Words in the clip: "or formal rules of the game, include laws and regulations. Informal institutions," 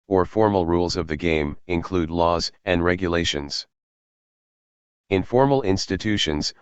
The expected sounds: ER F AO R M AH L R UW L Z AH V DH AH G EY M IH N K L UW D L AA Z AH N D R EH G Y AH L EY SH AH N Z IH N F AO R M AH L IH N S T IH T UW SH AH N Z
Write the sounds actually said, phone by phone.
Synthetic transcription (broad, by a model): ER F AO R M L R UW L Z AH V DH AH G EY M IH N K L UW D L AA Z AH N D R EH G Y AH L EY SH AH N Z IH N F AO R M L IH N S T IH T UW SH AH N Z